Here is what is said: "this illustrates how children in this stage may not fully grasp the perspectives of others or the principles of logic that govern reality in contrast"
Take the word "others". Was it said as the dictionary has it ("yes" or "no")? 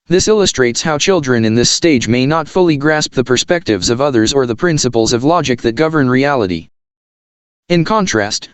yes